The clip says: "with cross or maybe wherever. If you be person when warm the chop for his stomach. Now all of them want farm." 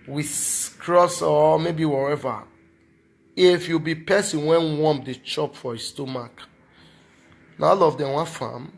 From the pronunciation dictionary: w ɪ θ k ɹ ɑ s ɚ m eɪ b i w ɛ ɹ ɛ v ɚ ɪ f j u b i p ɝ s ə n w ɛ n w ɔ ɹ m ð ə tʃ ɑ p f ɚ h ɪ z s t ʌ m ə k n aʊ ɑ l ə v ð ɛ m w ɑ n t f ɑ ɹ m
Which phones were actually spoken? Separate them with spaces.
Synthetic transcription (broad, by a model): w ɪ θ k ɹ ɑ s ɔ m eɪ b i w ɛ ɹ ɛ v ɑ ɪ f j u b i p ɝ s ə n w ɛ n w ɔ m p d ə tʃ ɑ p f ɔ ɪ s t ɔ m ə k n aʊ ɑ l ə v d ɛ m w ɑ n f ɑ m